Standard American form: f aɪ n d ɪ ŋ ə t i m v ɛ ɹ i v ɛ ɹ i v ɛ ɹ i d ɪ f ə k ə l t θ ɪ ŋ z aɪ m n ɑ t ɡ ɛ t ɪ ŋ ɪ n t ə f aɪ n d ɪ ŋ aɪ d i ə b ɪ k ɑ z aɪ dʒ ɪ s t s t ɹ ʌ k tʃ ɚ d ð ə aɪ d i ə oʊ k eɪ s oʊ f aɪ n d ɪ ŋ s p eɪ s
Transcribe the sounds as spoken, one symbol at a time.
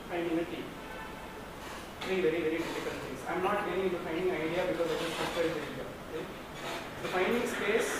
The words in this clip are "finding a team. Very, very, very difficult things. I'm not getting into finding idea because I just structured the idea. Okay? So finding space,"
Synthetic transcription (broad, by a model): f aɪ n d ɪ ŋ ə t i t ɹ i v ɛ ɹ i v ɛ ɹ i d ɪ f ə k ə n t t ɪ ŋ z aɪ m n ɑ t t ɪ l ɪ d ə f aɪ n d ɪ ŋ aɪ d i ə b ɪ k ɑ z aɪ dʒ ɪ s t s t ʌ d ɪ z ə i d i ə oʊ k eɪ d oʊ f aɪ n d ɪ ŋ s p eɪ s